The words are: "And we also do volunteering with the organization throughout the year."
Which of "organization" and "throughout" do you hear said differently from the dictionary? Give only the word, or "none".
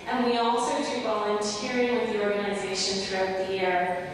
none